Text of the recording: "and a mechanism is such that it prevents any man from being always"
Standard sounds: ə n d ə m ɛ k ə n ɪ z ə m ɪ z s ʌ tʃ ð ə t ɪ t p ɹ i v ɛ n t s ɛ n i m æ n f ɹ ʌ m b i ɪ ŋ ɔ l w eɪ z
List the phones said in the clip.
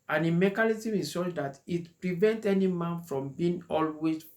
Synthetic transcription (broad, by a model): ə n ə m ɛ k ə l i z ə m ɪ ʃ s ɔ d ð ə t ɪ t p ɹ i v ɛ n t ɛ n i m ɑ n f ɹ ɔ m b i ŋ ɔ l w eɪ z